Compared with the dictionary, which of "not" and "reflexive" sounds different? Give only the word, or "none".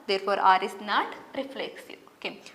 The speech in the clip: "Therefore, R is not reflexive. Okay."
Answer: reflexive